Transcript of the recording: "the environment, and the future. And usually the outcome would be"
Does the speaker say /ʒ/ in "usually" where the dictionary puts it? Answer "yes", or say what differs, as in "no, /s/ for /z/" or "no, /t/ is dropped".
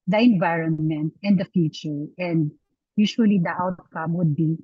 no, /ʃ/ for /ʒ/